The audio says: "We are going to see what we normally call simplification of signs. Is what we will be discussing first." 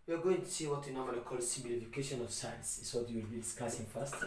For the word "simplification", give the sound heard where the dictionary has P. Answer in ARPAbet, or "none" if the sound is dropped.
B